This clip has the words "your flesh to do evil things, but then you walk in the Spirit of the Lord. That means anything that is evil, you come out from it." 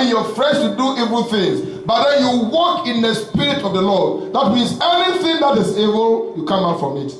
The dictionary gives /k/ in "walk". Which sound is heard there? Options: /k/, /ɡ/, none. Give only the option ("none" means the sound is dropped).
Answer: /k/